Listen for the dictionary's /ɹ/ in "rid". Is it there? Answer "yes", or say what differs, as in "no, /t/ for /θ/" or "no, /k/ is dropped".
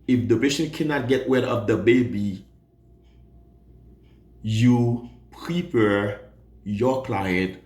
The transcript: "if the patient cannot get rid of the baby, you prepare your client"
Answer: no, /w/ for /ɹ/